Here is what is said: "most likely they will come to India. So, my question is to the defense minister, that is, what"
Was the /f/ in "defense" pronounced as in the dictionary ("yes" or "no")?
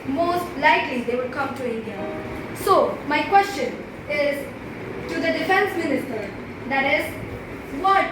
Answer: yes